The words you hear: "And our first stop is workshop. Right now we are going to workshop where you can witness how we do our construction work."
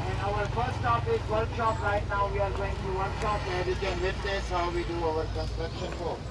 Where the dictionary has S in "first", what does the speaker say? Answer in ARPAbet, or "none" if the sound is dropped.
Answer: none